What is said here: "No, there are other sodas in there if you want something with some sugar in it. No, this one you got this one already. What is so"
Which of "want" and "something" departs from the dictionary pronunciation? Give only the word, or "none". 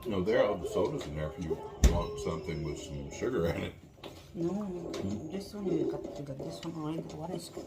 none